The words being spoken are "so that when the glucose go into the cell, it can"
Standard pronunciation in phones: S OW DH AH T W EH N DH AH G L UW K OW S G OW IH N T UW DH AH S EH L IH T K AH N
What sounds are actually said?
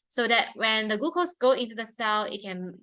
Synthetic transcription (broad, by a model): S OW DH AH T W EH N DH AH G UW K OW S G OW IH N T UW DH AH S EH L IH T K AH N